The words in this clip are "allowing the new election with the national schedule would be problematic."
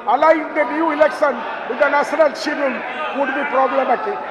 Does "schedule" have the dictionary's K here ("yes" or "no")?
no